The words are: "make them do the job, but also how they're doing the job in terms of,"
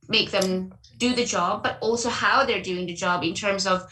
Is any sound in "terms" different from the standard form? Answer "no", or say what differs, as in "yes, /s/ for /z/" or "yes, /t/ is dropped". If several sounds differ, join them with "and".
no